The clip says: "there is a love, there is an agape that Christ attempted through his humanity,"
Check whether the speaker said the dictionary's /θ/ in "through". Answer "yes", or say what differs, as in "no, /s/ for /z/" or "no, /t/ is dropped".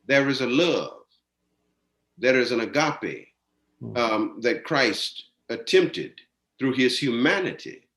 yes